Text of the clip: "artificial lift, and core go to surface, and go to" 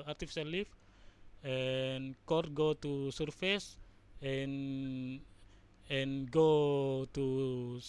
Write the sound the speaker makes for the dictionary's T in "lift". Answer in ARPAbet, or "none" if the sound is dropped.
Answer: none